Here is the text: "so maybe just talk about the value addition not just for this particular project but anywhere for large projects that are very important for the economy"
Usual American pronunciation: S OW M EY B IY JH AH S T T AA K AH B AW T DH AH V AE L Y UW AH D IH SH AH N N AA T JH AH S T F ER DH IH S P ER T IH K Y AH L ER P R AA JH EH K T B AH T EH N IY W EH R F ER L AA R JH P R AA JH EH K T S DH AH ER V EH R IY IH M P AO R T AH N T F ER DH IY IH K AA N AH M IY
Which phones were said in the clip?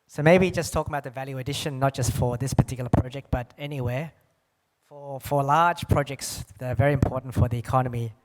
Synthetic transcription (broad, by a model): S OW M EY B IY JH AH S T T AA K AH B AW T DH AH V AE L Y UW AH D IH SH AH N N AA T JH AH S T F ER DH IH S P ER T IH K Y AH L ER P R AA JH EH K T B AH T EH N IY W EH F F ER L AA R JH P R AA JH EH K T S DH AH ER V EH R IY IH M P AO R T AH N T F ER DH IY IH K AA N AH M IY